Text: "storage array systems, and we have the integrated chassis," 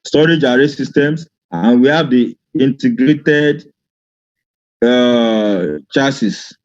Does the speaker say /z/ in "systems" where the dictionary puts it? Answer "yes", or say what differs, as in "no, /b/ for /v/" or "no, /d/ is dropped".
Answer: no, /s/ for /z/